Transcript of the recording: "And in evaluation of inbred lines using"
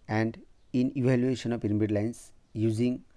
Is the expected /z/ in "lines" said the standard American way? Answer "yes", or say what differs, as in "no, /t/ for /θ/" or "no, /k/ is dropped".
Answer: no, /s/ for /z/